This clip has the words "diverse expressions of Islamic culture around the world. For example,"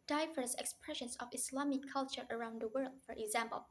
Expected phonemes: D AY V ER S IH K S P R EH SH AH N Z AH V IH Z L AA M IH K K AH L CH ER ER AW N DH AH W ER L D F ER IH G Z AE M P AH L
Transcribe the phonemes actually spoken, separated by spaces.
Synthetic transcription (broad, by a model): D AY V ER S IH K S P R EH SH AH N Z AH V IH S L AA M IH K K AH L CH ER ER AW N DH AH W ER L D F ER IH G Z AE M P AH L